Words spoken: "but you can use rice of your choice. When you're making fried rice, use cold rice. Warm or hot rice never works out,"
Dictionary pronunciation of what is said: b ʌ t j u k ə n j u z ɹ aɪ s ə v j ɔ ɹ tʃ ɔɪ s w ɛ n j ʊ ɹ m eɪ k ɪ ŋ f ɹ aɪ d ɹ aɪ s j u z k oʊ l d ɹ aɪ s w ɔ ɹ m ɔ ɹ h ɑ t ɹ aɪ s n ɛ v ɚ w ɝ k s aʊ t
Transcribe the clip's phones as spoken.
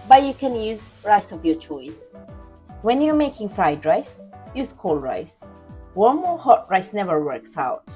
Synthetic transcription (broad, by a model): b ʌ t j u k ə n j u z ɹ aɪ s ə v j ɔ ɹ tʃ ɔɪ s w ɛ n j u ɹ m eɪ k ɪ ŋ f ɹ aɪ d ɹ aɪ s j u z k oʊ l ɹ aɪ s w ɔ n m ɔ ɹ h ɑ t ɹ aɪ s n ɛ v ɚ w ɝ k s aʊ t